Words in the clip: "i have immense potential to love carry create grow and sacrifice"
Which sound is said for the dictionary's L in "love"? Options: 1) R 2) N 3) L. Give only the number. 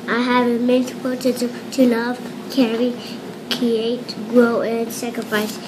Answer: 2